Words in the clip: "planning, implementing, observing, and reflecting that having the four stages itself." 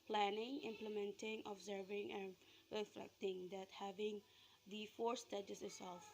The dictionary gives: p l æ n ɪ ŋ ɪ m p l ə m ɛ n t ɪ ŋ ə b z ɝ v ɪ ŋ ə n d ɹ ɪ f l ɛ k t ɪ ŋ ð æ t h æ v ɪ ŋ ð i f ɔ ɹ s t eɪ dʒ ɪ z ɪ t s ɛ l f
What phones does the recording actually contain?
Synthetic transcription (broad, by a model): p l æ n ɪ ŋ ɪ m p l ə m ɛ n t ɪ ŋ ə b z ɝ v ɪ ŋ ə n ɹ ɪ f l ɛ k t ɪ ŋ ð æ t h æ v ɪ ŋ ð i f ɔ ɹ s t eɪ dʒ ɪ s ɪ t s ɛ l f